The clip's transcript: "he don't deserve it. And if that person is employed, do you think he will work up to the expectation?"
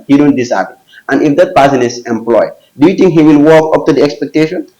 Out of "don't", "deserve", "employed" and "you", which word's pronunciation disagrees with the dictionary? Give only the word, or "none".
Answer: deserve